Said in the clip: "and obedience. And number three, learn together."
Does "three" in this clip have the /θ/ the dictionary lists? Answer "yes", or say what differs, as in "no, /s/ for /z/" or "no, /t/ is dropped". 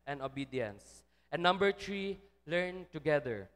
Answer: no, /t/ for /θ/